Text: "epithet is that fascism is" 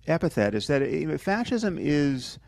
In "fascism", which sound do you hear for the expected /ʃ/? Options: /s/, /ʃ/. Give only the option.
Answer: /ʃ/